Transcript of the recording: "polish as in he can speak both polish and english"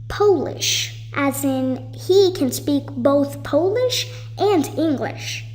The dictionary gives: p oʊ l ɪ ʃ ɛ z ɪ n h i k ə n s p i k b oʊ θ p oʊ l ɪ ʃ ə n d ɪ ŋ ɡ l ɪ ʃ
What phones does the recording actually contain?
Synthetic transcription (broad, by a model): p oʊ l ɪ ʃ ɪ z ɪ n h i k ə n s p i k b oʊ θ p oʊ l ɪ ʃ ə n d ɪ ŋ ɡ l ɪ ʃ